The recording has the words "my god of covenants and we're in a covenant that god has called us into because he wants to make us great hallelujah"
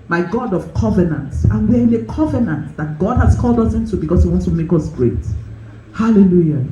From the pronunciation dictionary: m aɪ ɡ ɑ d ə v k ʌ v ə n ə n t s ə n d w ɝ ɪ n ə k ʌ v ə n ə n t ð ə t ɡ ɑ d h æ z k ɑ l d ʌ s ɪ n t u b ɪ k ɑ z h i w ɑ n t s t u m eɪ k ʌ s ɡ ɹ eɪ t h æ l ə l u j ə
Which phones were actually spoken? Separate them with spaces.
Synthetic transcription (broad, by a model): m aɪ ɡ ɑ d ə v k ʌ v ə n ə n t ə n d w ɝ ɪ n ə k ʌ v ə n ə n t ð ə t ɡ ɑ d h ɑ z k ɑ l d ʌ s ɪ n t u b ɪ k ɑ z h i w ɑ n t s t u m eɪ k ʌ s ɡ ɹ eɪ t h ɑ l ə l u j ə